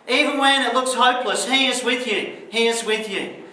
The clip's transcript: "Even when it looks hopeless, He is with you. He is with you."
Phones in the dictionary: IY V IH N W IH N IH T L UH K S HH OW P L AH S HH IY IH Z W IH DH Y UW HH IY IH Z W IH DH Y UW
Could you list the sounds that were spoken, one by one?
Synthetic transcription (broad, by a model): IY V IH N W IH N IH T L UH K S HH OW P L AH S HH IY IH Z W IH DH Y UW HH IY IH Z W IH DH Y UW